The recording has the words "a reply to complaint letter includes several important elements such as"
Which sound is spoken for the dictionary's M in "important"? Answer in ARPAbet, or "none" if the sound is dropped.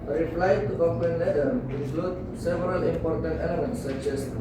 M